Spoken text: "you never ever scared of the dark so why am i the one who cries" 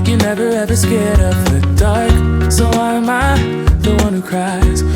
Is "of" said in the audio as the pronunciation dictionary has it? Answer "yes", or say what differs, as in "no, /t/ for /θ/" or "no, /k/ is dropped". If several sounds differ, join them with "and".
no, /p/ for /v/